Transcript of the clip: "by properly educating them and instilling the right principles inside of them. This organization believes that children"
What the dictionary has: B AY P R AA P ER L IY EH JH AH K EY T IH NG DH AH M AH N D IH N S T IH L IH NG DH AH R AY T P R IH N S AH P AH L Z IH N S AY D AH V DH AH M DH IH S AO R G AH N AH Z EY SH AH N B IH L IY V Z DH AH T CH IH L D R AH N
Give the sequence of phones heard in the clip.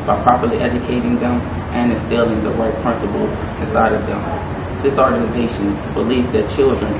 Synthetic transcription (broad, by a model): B AY P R AA P ER L IY EH JH AH K EY T IH NG DH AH M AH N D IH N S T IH L IH NG DH AH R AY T P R IH N S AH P L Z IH S AY D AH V DH AH M DH IH S AO R G AH N AH Z EY SH AH N B IH L IY V Z DH AH T CH IH L D R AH N